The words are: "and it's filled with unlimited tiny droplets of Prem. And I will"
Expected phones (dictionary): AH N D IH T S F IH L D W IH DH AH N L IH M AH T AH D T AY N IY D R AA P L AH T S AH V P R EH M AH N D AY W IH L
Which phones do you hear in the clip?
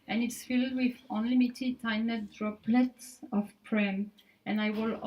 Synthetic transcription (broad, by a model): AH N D IH T S F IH L D W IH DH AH N L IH M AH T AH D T AY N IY D R AA P L AH T S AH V P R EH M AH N AY W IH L